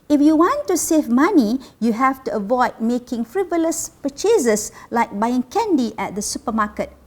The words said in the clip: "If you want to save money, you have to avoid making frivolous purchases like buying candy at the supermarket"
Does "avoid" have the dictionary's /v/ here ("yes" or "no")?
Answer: yes